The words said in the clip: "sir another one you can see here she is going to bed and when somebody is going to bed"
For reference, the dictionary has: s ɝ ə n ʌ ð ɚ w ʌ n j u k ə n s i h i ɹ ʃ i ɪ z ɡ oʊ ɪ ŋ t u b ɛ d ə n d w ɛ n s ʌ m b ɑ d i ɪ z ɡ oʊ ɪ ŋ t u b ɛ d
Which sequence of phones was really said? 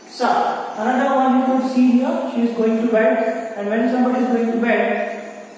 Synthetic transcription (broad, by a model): s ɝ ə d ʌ ɚ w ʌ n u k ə s i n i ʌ ʃ i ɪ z ɡ oʊ ɪ ŋ t u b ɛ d ə n d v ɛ n s ʌ m b ɑ d i ɪ z ɡ oʊ ɪ ŋ t u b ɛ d